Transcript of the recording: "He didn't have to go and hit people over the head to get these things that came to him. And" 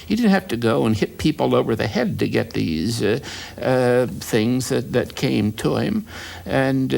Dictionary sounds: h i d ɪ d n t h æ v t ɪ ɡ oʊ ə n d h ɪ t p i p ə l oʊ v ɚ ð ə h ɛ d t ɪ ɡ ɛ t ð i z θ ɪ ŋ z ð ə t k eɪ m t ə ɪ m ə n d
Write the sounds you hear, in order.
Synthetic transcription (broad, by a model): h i d ɪ d n t h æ f t ɪ ɡ oʊ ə n h ɪ t p i p l oʊ v ɚ ð ə h ɛ d t ɪ ɡ ɛ t ð i z θ ɪ ŋ z ð ə t k eɪ m t ə ɪ m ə n